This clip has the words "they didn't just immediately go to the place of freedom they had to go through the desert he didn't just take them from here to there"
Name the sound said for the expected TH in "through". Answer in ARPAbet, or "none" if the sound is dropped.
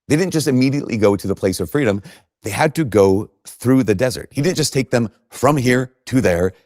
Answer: TH